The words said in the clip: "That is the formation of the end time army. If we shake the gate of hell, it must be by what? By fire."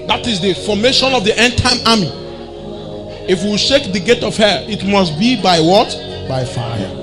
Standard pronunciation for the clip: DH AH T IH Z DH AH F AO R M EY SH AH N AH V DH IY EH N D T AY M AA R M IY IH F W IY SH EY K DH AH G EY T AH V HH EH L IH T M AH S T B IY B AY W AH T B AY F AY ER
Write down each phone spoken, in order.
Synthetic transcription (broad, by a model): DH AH T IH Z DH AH F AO M EY SH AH N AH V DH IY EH N T AY M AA M IY IH F W IY SH EY K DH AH G EY T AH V HH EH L IH T M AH S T B IY B AY W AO T B AY F AY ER